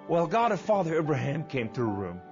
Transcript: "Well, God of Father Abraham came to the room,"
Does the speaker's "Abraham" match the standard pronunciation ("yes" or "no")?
yes